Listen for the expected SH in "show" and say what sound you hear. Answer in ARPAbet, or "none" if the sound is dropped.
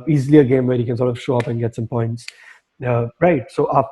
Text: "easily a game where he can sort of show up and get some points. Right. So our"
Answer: SH